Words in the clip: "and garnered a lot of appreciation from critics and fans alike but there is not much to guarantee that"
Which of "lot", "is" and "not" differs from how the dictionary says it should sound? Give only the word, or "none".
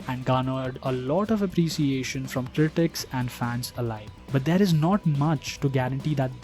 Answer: none